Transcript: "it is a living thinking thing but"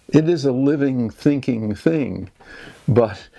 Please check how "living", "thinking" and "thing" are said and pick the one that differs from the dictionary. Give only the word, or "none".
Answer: none